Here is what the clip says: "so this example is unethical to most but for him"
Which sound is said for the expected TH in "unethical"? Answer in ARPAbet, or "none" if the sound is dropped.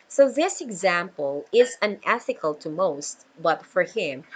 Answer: TH